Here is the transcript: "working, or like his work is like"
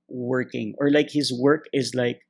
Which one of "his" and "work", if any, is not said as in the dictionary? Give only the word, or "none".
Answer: none